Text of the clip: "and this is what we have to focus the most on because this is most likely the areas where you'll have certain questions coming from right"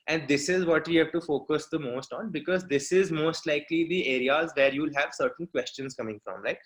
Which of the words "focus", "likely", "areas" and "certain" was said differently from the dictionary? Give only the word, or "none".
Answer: none